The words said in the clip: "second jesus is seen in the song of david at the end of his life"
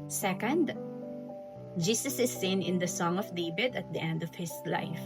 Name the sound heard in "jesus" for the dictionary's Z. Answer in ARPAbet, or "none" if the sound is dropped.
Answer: S